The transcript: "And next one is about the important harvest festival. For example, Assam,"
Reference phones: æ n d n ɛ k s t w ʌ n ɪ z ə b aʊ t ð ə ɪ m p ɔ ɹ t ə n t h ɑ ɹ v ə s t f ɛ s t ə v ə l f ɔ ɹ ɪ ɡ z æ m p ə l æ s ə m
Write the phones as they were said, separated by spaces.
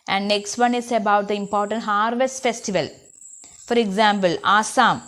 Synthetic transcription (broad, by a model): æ n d n ɛ k s t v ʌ n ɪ s ə b aʊ t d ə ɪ m p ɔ ɹ t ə n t h ɑ ɹ v ə s t f ɛ s t ə v ə l f ɔ ɹ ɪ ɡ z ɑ m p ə l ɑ s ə m